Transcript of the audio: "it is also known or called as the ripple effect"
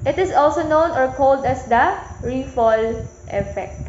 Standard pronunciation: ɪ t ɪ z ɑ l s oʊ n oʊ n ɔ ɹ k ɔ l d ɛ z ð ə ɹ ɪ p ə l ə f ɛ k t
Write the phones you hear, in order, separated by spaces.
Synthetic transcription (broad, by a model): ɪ t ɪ s ɑ l s oʊ n oʊ n ɔ ɹ k ɔ l d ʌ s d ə ɹ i f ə l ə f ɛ k t